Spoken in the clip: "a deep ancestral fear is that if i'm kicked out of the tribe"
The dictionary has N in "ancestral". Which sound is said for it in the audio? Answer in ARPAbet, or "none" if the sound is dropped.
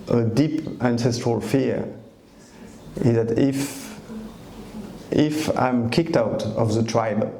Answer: N